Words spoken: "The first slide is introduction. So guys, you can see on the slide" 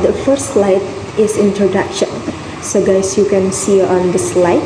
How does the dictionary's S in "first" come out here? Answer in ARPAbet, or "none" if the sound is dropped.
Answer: none